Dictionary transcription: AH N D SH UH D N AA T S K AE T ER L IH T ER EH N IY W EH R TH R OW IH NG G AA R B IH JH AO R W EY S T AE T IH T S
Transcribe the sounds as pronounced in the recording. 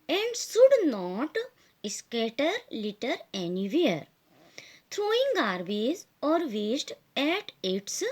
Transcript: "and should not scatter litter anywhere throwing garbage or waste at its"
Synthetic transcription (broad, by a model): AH N D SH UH D N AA T S K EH T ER L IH T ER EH N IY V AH R T R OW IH NG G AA R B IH Z AO R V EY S T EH T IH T S